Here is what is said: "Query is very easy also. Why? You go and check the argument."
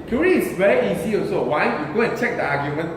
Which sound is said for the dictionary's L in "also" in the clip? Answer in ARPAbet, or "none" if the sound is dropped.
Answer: none